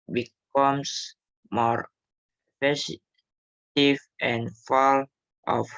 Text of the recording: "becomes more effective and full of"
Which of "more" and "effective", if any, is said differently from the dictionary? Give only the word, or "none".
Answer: effective